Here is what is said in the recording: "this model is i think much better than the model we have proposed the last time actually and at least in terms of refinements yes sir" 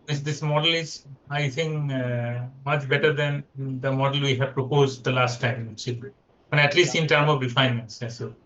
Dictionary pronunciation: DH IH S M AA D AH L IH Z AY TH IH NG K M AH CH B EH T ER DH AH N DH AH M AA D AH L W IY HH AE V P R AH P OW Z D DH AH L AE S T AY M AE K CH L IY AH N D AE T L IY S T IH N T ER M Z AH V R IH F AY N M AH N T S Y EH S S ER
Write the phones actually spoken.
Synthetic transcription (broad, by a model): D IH S M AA D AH L IH Z AY T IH NG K M AH CH B EH T ER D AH N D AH M AA D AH L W IY HH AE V P R AH P OW Z D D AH L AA S T AY M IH CH IY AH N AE T L IY S T IH N T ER M AH V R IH F AY N M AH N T S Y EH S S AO